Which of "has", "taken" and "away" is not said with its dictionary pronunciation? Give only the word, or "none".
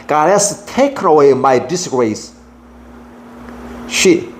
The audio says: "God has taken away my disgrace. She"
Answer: has